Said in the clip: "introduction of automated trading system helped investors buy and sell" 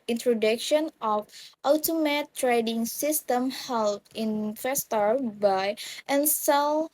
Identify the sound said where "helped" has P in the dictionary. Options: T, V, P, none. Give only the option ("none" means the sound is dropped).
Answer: none